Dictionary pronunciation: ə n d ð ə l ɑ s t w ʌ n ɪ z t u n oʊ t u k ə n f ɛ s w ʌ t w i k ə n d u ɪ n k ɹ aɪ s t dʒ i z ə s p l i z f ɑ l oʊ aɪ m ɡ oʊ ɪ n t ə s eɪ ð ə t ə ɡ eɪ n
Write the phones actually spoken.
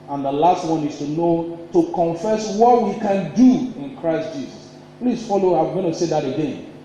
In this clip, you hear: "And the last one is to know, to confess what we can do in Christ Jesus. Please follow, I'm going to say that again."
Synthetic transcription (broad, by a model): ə n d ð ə l ɑ s t w ʌ n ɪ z t u n oʊ t u k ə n f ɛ s w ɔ t w i k ə n d u ɪ n k ɹ aɪ s t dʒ i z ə s p l i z f ɑ l oʊ aɪ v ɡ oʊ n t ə s eɪ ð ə t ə ɡ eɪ n